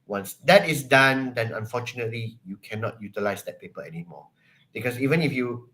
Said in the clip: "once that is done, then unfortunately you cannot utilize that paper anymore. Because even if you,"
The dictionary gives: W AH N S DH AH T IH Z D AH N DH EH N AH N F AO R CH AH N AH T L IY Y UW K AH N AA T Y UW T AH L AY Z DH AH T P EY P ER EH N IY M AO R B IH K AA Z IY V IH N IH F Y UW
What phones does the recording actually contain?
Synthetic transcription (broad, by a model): W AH N S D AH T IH S D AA N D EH N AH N F AO CH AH N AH T L IY Y UW K AH N AA T Y UW T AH L AY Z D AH T P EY P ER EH N IY M AO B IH K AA S IY V IH N IH F Y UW